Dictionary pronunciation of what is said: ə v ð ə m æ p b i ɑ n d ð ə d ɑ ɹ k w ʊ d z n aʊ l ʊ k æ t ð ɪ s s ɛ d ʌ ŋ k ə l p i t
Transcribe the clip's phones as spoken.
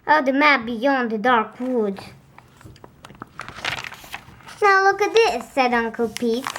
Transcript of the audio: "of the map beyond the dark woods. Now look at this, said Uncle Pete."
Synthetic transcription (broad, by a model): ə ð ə m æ b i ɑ n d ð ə d ɑ ɹ k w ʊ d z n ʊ l ʊ k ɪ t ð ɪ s s ɛ d ʌ ŋ k ə l p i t